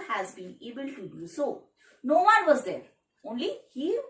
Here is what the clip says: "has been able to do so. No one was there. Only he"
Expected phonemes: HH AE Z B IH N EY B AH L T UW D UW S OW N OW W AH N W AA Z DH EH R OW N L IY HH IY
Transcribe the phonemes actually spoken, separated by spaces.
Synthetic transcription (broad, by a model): HH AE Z B IH N EY B AH L T UW D UW S OW N OW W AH N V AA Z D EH R OW N L IY HH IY